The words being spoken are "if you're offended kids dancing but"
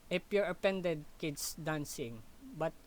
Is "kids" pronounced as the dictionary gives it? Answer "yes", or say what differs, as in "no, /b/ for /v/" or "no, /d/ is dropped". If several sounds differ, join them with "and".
no, /s/ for /z/